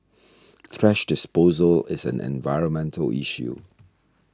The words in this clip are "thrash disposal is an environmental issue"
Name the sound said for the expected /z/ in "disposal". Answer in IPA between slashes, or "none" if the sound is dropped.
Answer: /z/